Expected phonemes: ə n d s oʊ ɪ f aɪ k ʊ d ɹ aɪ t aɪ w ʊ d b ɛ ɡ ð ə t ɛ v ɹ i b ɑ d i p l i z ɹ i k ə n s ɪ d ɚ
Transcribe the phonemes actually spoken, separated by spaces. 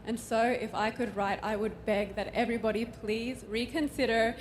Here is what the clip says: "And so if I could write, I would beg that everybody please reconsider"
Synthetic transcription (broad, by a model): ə n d s oʊ ɪ f aɪ k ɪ d ɹ aɪ t aɪ w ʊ d b ɛ ɡ ð ə t ɛ v ɹ i b ɑ d i p l i z ɹ i k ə n s ɪ d ɚ